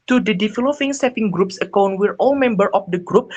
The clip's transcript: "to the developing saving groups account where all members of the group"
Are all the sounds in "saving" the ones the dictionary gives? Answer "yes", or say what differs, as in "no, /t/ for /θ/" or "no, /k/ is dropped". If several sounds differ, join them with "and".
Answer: no, /p/ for /v/